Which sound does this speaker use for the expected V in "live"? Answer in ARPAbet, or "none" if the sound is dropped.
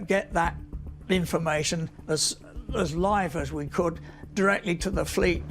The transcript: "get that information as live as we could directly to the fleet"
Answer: V